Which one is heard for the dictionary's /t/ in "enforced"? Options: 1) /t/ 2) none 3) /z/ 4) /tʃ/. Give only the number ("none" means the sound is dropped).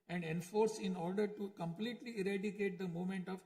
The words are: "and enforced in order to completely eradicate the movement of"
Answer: 2